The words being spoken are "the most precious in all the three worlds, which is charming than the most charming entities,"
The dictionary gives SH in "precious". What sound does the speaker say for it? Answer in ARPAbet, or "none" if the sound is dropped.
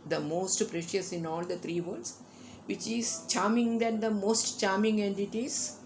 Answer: SH